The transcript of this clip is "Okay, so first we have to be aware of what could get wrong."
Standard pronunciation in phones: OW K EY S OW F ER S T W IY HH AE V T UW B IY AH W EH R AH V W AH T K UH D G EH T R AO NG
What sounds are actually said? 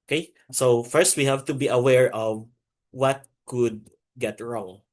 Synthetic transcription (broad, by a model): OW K EY S OW F ER S T W IY HH AE V T UW B IY AH W EH R AH V W AH T K UH D G EH T R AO NG